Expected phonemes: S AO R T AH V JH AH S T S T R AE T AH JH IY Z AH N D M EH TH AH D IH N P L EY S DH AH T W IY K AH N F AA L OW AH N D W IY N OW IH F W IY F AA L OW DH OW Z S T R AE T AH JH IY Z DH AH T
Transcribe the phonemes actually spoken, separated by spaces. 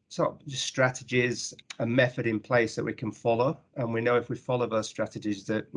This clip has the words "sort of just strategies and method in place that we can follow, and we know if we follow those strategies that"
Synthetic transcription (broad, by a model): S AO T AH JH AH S S T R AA T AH JH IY Z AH M EH TH AH D IH N P L EY S DH AH T W IY K AH N F AA L OW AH N W IY N OW IH F W IY F AA L OW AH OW S T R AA T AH JH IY Z DH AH T